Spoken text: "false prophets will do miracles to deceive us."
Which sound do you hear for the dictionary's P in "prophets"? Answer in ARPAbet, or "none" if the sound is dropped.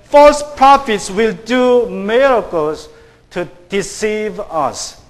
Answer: P